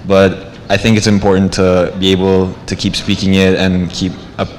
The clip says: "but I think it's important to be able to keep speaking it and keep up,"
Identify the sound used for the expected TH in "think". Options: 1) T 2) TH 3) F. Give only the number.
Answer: 2